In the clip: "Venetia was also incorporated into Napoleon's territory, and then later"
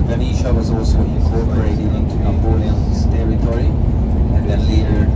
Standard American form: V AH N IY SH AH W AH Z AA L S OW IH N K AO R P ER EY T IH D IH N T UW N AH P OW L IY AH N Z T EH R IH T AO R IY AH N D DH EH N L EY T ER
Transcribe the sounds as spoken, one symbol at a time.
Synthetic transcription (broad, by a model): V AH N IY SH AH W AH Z AA L S OW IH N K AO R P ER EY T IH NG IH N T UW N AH B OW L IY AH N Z T EH R IH T AO R IY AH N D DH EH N L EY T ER